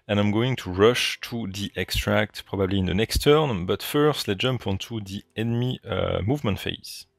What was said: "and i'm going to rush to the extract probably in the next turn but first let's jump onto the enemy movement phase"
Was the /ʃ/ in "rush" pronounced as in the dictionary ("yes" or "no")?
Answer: yes